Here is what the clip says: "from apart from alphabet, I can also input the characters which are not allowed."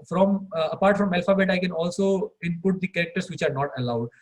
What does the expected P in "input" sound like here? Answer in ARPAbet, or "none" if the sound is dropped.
P